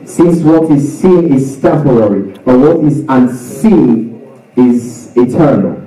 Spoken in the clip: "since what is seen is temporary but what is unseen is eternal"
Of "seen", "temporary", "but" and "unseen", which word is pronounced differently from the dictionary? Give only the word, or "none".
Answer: temporary